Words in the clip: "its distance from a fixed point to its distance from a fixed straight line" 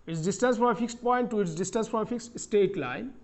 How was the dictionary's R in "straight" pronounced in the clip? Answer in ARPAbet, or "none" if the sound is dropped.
none